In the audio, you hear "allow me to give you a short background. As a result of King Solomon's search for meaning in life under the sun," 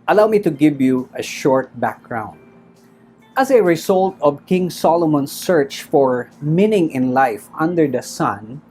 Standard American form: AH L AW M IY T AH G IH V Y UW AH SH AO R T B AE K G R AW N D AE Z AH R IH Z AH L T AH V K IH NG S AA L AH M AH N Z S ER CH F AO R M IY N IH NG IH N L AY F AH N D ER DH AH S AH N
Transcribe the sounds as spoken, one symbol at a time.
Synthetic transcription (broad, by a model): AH L AW M IY T AH G IH V Y UW AH SH AO R T B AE K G R AW N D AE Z AH R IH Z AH L T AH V K IH NG S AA L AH M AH N S ER CH F AO R M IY N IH NG IH N L AY F AH N D ER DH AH S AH N